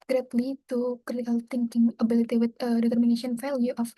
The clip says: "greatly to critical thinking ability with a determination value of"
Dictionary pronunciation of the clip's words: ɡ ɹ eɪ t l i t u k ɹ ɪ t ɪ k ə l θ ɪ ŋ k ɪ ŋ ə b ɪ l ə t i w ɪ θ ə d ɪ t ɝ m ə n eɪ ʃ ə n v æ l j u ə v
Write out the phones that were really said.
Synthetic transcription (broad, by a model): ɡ ɹ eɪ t l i t u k ɪ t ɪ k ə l t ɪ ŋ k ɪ ŋ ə b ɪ l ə t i w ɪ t ə d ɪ t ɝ m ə n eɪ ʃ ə n f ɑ l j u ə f